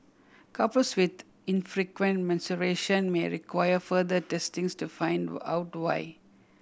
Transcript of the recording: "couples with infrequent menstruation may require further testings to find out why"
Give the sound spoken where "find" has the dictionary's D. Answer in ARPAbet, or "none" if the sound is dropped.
D